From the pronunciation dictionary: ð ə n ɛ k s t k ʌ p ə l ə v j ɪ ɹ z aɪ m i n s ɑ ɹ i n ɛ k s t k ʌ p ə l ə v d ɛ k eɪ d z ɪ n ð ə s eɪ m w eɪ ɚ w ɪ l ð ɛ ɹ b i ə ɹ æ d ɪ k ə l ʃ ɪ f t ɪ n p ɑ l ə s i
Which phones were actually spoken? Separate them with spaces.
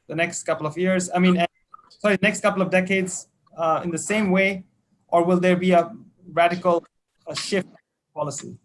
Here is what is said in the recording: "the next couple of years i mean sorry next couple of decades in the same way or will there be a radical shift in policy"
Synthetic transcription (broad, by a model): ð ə n ɛ k s t k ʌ p l ə v j ɪ ɹ z aɪ m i n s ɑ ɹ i n ɛ k s t k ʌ p l ə v d ɛ k eɪ d z ɪ n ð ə s eɪ m w eɪ ɚ w ɪ l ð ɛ ɹ b i ə ɹ æ d ɪ k ə l ʃ ɪ f t p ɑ l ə s i